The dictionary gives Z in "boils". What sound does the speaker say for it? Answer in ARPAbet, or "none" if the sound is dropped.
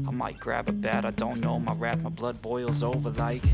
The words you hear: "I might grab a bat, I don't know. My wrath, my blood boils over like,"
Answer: Z